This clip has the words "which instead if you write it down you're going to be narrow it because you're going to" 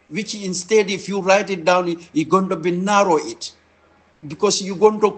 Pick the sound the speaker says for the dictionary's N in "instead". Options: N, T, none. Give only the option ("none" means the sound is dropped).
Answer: N